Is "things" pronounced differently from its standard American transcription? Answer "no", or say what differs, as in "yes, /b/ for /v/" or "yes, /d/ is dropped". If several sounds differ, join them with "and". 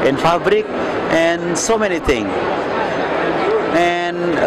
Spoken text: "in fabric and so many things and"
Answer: yes, /z/ is dropped